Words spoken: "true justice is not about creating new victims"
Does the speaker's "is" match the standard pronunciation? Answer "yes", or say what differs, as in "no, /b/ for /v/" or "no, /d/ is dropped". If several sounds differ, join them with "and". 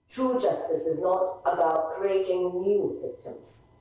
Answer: yes